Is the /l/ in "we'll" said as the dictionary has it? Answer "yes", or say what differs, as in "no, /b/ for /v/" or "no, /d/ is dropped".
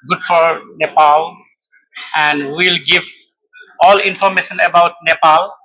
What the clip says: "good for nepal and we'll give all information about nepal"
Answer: yes